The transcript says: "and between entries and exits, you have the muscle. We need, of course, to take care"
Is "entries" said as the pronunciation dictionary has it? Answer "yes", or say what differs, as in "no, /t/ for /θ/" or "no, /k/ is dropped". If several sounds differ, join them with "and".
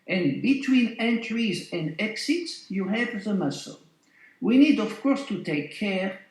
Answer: yes